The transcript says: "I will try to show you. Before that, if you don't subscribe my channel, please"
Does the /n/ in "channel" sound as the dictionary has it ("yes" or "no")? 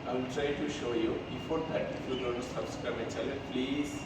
no